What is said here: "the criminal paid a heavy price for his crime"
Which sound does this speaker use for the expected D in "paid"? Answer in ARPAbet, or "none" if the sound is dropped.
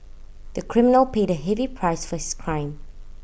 D